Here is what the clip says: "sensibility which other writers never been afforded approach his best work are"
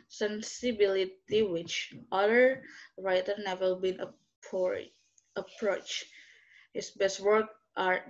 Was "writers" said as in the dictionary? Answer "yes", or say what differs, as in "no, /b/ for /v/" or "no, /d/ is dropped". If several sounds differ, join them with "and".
no, /z/ is dropped